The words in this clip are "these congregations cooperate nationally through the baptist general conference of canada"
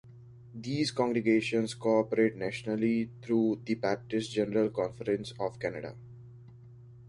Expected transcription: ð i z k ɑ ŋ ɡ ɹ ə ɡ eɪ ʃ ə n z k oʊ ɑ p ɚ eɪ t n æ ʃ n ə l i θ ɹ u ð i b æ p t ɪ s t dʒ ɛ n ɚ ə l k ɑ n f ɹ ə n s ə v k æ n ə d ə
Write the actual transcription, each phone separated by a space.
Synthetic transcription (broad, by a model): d i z k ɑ ŋ ɡ ɹ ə ɡ eɪ ʃ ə n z k oʊ ɑ p ɚ eɪ t n æ ʃ n ə l i t ɹ u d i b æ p t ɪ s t dʒ ɛ n ɚ ə l k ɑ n f ɹ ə n s ə v k æ n ə d ə